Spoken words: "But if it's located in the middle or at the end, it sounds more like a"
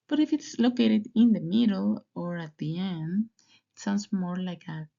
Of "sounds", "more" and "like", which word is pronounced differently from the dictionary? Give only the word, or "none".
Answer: sounds